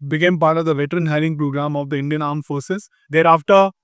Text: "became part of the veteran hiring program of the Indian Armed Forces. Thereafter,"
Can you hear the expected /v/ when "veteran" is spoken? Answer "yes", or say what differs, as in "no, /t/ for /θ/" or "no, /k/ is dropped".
yes